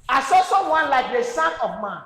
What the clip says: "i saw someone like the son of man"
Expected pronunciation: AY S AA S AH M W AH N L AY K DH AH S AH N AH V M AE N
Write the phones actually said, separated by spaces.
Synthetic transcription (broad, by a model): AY S AA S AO W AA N L AY K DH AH S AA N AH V M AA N